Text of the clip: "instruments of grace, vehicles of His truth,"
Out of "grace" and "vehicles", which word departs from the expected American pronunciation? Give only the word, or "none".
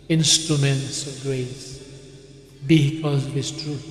vehicles